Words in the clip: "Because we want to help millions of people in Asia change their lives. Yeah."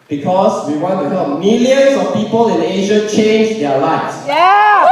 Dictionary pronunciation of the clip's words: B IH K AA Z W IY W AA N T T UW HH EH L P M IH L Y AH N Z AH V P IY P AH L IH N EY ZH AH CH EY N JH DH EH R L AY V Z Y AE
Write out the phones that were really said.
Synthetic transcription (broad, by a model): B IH K AA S W IY W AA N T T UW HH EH M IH L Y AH N S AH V P IY P AH L IH N EY ZH AH CH EY N JH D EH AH L AY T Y